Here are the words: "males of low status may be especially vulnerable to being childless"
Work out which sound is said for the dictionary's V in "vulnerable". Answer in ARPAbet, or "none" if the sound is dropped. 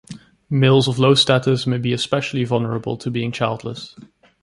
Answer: V